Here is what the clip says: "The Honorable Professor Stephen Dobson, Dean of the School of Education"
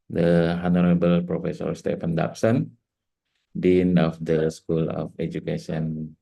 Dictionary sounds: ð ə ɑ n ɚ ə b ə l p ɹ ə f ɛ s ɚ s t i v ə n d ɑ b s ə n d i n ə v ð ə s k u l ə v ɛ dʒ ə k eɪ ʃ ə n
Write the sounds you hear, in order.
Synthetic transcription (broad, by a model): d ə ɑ n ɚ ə b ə l p ɹ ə f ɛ s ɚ s t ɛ f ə n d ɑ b s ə n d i n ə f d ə s k u l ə f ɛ dʒ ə k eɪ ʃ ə n